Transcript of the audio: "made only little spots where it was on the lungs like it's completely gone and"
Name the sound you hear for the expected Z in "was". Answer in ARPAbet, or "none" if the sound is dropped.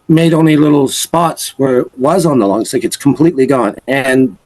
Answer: Z